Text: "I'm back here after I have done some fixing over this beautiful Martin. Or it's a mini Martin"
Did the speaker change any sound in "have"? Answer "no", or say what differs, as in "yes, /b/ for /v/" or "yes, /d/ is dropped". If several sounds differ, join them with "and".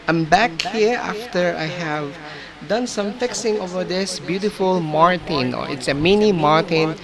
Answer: no